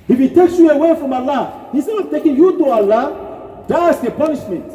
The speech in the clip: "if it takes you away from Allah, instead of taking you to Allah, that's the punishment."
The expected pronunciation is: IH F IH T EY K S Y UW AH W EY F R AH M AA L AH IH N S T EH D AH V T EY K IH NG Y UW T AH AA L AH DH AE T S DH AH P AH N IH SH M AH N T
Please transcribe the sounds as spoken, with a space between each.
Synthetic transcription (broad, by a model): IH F IH T EY K S Y UW AH W EY F R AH M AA L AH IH S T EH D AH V T EY K IH NG Y UW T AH AA L AH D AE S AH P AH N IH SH M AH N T